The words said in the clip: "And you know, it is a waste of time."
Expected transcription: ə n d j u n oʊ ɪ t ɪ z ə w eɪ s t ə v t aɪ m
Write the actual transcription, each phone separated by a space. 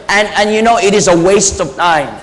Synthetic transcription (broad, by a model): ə n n j u n oʊ ɪ t ɪ z ə w eɪ s t ə v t aɪ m